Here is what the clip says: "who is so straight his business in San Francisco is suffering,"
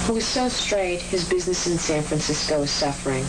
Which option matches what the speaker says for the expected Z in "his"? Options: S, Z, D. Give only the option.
Z